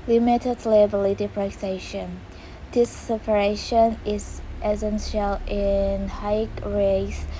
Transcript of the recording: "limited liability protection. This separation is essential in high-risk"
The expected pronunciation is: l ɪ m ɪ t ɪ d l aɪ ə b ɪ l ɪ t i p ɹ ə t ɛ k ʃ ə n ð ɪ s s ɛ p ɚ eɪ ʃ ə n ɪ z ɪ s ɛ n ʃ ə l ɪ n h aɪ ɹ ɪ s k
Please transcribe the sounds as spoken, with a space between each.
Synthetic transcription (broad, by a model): l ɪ m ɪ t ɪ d l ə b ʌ l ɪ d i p ɹ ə s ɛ ʃ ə n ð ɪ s s ɛ p ɚ eɪ ʃ ə n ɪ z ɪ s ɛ n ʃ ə l ɪ n h aɪ ɹ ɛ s